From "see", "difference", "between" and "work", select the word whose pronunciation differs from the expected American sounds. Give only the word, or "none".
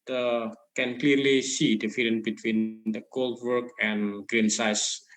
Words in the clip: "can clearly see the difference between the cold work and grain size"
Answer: difference